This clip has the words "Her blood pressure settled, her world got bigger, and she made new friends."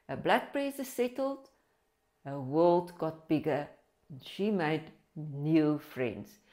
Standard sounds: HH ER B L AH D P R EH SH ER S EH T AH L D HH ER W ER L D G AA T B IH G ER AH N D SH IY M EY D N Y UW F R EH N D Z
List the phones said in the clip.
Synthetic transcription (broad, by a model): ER B L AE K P R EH S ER S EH T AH L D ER W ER L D G AA T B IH G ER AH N SH IY M EY D N Y UW F R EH N D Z